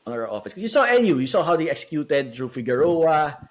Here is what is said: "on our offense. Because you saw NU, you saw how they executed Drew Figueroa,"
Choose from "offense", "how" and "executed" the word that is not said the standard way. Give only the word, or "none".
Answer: offense